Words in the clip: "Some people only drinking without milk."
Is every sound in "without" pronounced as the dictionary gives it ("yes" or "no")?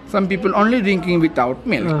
no